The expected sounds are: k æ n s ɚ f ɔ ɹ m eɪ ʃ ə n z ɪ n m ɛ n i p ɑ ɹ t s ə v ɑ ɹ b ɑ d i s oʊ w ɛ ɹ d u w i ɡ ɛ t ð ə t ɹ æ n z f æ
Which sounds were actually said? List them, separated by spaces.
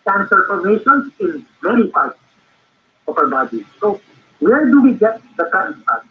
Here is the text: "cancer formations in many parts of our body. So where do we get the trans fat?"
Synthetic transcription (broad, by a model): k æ n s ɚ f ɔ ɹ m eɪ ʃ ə n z ɪ n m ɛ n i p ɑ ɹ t ə p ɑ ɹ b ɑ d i s oʊ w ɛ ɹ d u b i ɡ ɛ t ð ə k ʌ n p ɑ